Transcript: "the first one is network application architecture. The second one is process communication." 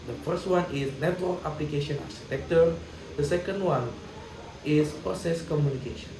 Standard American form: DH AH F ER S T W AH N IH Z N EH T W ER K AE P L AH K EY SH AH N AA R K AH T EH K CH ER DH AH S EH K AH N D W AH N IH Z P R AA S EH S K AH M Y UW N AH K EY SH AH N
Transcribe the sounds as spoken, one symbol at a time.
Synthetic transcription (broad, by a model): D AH F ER S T W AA N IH S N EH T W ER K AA P L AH K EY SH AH N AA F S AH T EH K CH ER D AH S EH K AH N D W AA N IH S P AA S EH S K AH M Y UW N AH K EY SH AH N